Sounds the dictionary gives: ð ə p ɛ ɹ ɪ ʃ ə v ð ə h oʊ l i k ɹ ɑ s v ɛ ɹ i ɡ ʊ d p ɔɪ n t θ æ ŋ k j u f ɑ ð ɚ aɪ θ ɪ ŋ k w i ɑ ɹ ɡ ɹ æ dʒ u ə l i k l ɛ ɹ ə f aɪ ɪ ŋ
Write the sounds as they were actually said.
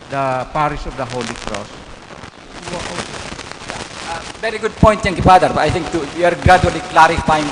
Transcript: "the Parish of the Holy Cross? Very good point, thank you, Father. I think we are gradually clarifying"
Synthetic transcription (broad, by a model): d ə p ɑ ɹ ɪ s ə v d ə h oʊ l i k ɹ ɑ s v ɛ ɹ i ɡ ʊ d p ɔɪ n t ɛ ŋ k j u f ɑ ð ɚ aɪ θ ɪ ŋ k w i ɑ ɹ ɡ ɹ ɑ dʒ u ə l i k l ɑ ɹ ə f aɪ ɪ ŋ